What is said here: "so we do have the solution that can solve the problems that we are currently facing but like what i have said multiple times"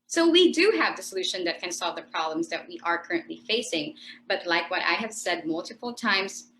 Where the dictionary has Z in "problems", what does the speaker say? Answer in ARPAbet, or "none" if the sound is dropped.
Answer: Z